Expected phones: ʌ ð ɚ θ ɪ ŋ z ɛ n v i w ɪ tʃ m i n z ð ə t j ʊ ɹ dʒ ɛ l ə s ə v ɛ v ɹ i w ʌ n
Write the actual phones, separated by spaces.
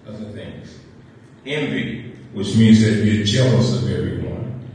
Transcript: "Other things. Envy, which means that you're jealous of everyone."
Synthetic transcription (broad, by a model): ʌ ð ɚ θ ɪ ŋ z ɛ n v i w ɪ tʃ m i n z ð ə t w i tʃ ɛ l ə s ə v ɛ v ɹ i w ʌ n